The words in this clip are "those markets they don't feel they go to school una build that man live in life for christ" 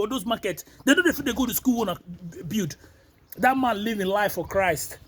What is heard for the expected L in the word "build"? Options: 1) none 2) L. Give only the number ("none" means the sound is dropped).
1